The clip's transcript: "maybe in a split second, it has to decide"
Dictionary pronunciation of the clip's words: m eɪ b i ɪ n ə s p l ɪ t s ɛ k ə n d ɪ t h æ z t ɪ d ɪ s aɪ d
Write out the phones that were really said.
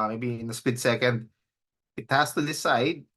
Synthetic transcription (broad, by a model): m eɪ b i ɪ n ə s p ɪ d s ɛ k ə n d ɪ t h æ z t ɪ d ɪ s aɪ d